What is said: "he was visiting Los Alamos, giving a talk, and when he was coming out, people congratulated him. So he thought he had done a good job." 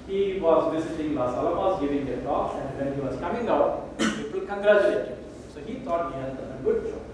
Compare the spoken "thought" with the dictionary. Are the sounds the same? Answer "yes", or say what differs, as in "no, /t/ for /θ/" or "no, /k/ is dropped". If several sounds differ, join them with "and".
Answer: no, /t/ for /θ/